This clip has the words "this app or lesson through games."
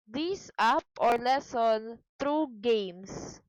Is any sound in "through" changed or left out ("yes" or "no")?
yes